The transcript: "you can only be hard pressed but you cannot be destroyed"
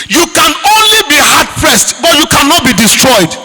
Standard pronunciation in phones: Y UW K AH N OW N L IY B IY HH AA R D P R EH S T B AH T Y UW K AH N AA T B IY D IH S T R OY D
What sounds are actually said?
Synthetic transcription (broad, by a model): Y UW K AH N OW N L IY B IY HH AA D P R EH S T B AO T Y UW K AH N AA T B IY D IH S T R OY D